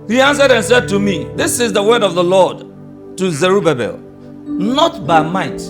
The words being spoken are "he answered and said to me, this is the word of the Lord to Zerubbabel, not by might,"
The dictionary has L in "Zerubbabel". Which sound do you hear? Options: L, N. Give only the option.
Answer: L